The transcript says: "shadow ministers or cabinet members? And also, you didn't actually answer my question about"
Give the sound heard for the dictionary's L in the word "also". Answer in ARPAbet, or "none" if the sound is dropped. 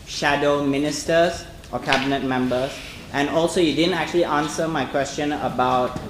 L